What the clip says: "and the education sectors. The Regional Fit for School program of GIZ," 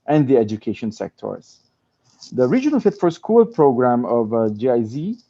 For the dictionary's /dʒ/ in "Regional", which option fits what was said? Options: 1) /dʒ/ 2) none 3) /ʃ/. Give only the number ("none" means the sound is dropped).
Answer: 1